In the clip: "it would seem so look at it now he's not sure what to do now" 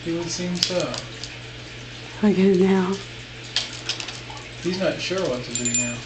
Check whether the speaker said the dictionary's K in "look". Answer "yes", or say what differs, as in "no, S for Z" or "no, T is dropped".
no, K is dropped